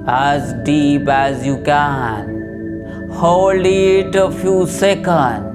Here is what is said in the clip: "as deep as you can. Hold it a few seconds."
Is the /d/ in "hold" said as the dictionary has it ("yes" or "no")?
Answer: no